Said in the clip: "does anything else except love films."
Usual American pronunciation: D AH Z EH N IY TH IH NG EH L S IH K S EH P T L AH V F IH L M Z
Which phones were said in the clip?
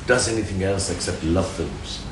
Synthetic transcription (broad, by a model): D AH Z EH N IY TH IH NG EH L S IH K S EH P T L AH V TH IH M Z